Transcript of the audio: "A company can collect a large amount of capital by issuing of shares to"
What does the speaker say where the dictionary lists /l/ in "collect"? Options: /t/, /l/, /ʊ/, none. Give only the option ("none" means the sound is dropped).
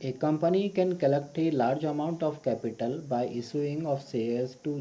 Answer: /l/